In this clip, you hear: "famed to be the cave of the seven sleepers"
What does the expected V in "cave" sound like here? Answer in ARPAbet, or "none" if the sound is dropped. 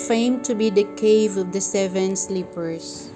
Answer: V